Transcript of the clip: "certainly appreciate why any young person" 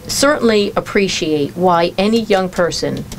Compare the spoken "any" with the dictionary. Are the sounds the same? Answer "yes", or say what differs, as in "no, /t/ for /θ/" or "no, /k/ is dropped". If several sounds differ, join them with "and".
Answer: yes